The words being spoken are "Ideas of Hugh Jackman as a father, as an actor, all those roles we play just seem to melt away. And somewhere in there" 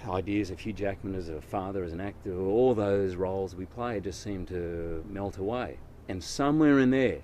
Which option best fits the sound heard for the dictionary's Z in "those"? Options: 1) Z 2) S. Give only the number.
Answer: 1